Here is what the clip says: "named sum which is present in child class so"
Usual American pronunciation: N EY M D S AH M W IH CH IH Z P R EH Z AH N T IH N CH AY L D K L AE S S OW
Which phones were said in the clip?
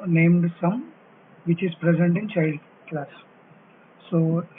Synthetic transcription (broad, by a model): N EY M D S AH M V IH CH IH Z P R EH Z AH N T IH N CH AY L D K L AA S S OW